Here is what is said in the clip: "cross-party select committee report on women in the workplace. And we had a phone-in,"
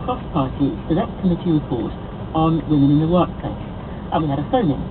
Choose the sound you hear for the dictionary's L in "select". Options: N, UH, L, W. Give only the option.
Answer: N